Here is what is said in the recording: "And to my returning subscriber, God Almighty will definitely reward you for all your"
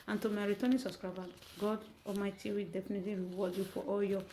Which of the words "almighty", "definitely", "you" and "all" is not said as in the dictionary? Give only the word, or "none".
almighty